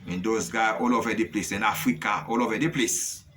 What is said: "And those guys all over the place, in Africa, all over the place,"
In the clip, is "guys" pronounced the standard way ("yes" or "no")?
no